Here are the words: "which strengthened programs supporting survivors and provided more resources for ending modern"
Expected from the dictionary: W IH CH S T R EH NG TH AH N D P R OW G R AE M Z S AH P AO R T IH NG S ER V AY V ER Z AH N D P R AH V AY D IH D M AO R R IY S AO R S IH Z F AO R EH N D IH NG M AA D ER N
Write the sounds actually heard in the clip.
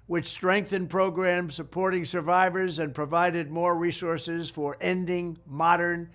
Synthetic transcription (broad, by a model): W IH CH S T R EH NG TH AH N P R OW G R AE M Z S AH P AO R T IH NG S ER V AY V ER Z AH N P R AH V AY D IH D M AO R R IY S AO R S IH Z F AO R EH N D IH NG M AA D ER N